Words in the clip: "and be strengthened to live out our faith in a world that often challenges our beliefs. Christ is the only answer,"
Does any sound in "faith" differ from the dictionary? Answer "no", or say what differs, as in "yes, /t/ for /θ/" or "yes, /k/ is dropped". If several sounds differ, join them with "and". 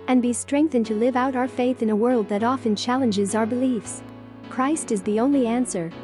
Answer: no